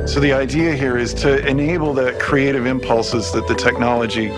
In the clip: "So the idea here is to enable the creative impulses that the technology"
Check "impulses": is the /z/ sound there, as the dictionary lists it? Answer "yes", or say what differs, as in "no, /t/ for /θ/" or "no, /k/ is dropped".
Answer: yes